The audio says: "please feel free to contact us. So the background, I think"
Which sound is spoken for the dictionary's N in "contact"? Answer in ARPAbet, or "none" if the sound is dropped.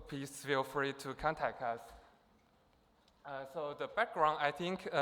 N